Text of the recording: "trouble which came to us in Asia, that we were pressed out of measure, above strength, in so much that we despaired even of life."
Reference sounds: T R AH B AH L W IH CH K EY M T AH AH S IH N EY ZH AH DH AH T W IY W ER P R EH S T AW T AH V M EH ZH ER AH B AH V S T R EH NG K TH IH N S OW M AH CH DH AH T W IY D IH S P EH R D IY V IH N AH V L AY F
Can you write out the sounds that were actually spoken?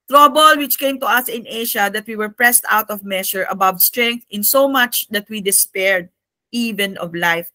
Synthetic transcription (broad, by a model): T R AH B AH L W IH CH K EY M T AH AH S IH N EY SH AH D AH T W IY W ER P R EH S T AW T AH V M EH SH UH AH B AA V S T R EH NG K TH IH N S OW M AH CH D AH T W IY D IH S P EH R D IY V IH N AH V L AY F